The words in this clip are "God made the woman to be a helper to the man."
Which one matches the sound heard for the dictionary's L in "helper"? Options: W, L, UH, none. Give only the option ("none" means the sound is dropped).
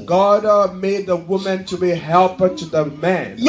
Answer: L